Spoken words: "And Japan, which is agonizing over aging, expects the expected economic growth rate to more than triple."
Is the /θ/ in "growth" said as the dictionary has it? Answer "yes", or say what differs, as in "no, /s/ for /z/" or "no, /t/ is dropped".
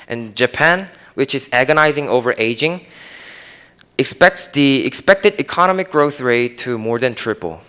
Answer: yes